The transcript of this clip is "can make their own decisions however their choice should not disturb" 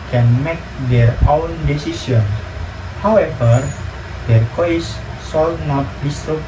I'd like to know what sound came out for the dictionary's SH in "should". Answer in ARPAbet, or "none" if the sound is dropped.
S